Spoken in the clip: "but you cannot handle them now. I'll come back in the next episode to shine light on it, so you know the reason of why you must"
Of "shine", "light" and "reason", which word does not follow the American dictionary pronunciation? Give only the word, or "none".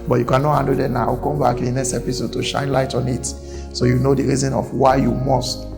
none